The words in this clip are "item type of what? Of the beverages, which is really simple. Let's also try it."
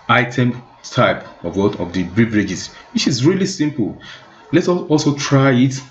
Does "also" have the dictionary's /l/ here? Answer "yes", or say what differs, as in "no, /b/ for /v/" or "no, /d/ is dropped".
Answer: yes